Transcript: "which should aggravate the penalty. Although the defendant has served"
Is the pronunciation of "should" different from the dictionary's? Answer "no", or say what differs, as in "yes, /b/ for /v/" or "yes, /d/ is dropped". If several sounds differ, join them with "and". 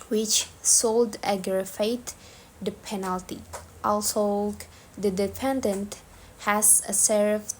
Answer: yes, /s/ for /ʃ/